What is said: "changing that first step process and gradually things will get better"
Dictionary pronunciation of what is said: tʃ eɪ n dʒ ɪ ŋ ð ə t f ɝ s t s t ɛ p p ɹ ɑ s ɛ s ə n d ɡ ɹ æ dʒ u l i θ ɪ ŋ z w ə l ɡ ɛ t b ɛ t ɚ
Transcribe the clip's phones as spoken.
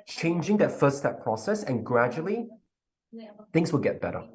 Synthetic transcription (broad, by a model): tʃ eɪ n dʒ ɪ ŋ ð ə t f ɝ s s t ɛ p p ɹ ɑ s ɛ s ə n ɡ ɹ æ dʒ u l i θ ɪ ŋ z w ə l ɡ ɛ t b ɛ t ɚ